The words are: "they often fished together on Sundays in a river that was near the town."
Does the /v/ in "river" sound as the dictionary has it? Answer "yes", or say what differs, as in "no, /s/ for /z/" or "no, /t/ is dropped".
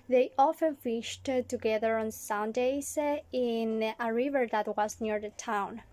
yes